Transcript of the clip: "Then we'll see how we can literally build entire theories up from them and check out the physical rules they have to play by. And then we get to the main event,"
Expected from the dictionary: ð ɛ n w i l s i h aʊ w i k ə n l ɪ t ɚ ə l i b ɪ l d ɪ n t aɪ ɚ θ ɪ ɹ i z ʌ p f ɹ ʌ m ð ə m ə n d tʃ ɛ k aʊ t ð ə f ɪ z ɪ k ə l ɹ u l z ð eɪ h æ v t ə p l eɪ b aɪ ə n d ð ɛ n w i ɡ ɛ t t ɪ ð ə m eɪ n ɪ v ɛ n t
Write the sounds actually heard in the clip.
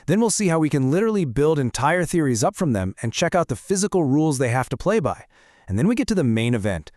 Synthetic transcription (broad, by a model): ð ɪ n w i l s i h aʊ w i k ə n l ɪ t ɚ l i b ɪ l d ɪ n t aɪ ɚ θ ɪ ɹ i z ʌ p f ɹ ʌ m ð ə m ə n tʃ ɛ k aʊ t ð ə f ɪ z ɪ k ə l ɹ u l z ð eɪ h æ f t ə p l eɪ b aɪ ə n ð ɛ n w i ɡ ɛ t t ɪ ð ə m eɪ n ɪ v ɛ n t